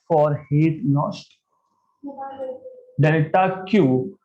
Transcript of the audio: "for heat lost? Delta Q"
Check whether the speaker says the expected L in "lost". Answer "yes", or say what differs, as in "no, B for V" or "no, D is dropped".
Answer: no, N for L